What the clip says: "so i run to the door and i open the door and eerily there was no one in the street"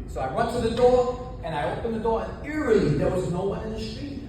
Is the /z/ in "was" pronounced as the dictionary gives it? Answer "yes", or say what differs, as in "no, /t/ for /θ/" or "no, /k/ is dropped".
yes